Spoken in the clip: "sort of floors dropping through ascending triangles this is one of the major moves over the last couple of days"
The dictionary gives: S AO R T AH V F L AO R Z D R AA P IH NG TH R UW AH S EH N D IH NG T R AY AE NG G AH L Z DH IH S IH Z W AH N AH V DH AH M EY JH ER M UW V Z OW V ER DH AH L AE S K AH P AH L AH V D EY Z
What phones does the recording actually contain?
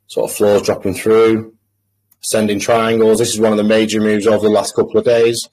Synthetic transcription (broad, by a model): S AO T AH V F L AO Z D R AA P IH NG TH R UW AH S EH N D IH NG T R AY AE NG G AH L Z DH IH S IH Z W AH N AH V DH AH M EY JH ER M UW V Z OW V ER DH AH L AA S K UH P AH L AH V D EY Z